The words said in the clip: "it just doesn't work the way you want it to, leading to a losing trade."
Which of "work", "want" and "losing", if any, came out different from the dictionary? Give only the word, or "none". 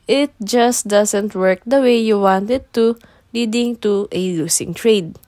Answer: losing